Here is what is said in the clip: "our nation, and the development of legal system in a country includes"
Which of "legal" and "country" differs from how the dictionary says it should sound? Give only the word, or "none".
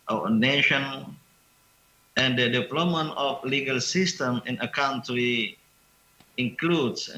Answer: country